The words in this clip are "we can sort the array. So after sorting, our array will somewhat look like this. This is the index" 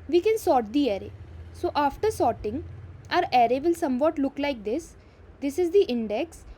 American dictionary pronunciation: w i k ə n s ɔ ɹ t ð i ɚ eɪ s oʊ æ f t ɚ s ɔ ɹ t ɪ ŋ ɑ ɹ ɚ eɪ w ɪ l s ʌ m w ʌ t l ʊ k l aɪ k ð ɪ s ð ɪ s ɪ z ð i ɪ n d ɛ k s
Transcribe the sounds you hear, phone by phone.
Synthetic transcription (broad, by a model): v i k ə n s ɔ ɹ t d i ɚ eɪ s oʊ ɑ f t ɚ s ɔ ɹ t ɪ ŋ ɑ ɹ ɚ eɪ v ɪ l s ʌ m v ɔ t l ʊ k l aɪ k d ɪ s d ɪ s ɪ z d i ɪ n d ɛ k s